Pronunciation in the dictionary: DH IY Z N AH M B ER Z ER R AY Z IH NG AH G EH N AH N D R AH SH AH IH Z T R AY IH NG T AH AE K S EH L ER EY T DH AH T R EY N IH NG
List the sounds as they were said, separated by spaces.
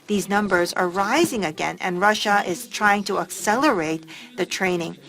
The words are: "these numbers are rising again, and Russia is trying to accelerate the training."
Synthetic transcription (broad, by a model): DH IY Z N AH M B ER Z ER R AY Z IH NG AH G EH N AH N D R AH SH AH IH Z T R AY IH NG T AH AE K S EH L ER EY T DH AH T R EY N IH NG